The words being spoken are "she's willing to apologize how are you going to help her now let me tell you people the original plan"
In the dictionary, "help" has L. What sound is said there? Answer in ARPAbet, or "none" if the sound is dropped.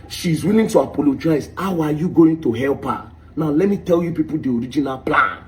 L